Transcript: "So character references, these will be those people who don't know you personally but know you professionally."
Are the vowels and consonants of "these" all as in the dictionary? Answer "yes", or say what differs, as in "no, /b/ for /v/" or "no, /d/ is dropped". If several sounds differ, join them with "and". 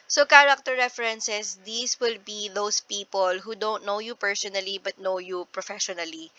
no, /s/ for /z/